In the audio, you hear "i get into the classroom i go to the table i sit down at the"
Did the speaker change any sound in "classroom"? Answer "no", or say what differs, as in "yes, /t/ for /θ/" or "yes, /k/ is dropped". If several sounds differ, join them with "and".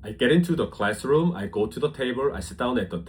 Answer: no